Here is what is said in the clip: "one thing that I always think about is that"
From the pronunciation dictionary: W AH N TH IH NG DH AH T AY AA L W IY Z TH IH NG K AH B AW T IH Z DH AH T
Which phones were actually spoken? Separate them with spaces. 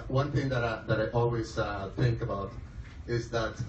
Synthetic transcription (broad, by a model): W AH N TH IH NG DH AH T AY AA L W IY Z TH IH NG K AH B AW T IH Z DH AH T